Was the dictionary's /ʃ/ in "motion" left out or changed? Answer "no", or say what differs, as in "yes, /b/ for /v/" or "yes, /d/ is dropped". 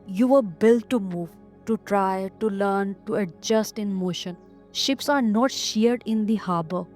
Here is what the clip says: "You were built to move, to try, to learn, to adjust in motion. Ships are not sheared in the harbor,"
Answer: no